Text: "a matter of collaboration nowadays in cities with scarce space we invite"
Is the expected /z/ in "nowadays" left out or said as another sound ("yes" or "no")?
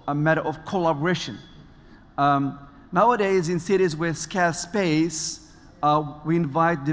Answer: no